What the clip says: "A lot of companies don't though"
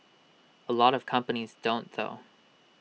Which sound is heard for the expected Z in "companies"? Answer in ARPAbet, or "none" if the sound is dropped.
Z